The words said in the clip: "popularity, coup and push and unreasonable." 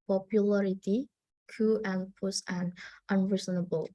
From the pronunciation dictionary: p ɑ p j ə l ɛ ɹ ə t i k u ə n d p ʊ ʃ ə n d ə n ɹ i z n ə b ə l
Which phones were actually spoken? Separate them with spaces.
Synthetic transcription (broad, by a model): p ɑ p j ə l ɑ ɹ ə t i k u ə n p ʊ s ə n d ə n ɹ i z n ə b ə l